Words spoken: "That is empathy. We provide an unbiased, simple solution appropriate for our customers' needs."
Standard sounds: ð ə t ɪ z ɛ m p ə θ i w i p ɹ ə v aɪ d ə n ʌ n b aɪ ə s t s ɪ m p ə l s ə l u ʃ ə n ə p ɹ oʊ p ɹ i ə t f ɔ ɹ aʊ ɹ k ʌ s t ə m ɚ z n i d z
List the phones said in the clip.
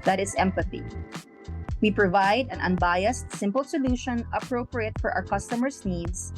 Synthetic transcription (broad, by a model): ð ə t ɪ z ɛ m p ə θ i w i p ɹ ə v aɪ d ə n ʌ n b aɪ ə s t s ɪ m p ə l s ə l u ʃ ə n ə p ɹ oʊ p ɹ i ə t f ɔ ɹ aʊ ɹ k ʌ s t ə m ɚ s n i d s